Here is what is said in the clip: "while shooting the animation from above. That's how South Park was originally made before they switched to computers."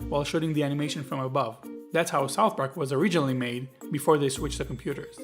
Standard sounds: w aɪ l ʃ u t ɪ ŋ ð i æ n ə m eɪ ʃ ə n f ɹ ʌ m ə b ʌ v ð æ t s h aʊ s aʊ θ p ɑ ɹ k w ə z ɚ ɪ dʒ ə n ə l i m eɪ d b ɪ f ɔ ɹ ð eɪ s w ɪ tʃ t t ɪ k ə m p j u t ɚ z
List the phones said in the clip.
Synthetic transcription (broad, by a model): w aɪ l ʃ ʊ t ɪ ŋ ð i æ n ə m eɪ ʃ ə n f ɹ ʌ m ə b ʌ v ð æ t s h aʊ s aʊ θ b ɹ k w ə z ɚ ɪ dʒ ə n l i m eɪ d b ɪ f ɔ ɹ ð eɪ s w ɪ tʃ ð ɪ k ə m p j u t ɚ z